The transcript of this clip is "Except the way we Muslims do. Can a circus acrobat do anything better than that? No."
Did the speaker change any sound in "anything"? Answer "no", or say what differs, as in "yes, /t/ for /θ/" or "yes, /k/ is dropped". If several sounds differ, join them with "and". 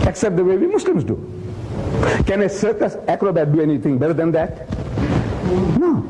yes, /t/ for /θ/